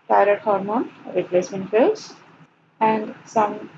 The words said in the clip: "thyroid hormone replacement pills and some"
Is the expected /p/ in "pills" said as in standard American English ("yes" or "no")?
no